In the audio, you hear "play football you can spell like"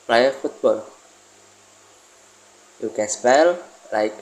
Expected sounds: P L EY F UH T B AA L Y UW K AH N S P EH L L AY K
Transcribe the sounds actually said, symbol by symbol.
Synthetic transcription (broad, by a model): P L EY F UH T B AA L Y UW K AH N S P EH L L AY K